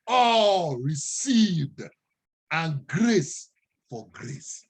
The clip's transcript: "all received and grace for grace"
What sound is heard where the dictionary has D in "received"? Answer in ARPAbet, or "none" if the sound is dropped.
D